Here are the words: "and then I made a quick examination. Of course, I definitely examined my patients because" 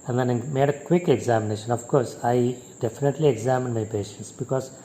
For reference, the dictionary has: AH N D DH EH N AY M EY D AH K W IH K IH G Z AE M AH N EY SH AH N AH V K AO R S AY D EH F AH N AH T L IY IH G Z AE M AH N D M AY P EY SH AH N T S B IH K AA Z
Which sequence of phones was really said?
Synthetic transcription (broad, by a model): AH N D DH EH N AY M EY D AH K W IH K IH G Z AE M AH N EY SH AH N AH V K AO R S AY D EH F AH N AH T L IY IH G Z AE M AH N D M AY P EY SH AH N T S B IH K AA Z